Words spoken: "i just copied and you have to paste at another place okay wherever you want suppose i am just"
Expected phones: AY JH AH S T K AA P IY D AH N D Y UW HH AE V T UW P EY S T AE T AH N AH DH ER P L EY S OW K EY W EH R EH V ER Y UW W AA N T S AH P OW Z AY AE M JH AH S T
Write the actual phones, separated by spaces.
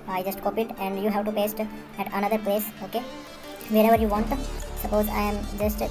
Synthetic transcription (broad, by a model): AY JH AH S T K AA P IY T AH N D Y UW HH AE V T UW P EY S T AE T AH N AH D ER P L EY S OW K EY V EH R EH V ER Y UW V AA N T S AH P OW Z AY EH M JH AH S T